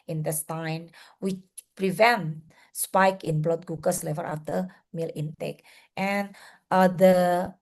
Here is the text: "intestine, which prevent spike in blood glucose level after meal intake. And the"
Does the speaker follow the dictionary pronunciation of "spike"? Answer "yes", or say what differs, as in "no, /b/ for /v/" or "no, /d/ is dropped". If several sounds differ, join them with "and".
yes